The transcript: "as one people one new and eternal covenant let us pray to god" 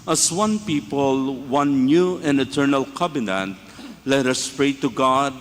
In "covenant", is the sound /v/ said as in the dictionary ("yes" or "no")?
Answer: no